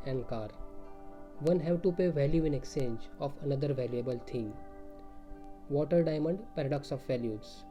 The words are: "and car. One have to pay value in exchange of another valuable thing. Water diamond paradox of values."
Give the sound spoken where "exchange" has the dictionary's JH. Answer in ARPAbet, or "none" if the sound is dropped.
JH